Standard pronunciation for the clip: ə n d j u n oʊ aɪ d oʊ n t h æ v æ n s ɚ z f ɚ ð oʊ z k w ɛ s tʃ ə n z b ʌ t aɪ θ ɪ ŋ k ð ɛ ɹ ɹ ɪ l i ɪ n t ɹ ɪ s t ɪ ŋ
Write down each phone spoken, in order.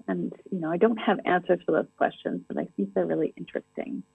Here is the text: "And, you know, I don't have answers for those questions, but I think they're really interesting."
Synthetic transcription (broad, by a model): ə n j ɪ n oʊ aɪ d oʊ n t h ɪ v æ n s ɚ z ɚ ð oʊ z k w ɛ s tʃ ə n z b ʌ t aɪ θ ɪ ŋ k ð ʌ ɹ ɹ ɪ l i ɪ n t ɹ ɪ s t ɪ ŋ